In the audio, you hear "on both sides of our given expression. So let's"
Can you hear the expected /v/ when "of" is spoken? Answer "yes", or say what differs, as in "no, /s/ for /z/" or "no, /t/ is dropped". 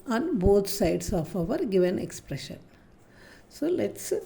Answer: yes